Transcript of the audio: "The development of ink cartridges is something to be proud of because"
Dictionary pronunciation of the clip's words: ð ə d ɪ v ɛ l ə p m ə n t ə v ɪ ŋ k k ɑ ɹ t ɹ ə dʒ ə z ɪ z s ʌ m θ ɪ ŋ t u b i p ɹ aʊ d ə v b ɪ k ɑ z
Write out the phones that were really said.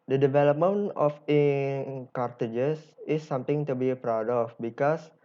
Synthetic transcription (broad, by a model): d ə d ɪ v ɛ l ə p m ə n ə f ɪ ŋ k k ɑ ɹ t ə dʒ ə s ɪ s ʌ m t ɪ ŋ t u b i p ɹ aʊ d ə f b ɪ k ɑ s